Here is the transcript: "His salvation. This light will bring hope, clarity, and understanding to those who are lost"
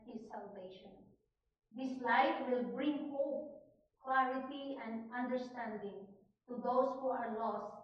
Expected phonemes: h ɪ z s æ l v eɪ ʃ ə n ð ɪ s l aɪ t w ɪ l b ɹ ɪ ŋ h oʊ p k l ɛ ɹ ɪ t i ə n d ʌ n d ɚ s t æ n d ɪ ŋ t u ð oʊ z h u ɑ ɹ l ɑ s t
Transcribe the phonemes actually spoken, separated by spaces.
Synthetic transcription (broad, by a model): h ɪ s æ l v eɪ ʃ ə n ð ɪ s l aɪ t w ɪ l b ɹ ɪ ŋ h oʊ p k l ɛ ɹ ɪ t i ə n d ʌ n d ɚ s t æ n d ɪ ŋ t u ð oʊ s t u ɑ w l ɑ s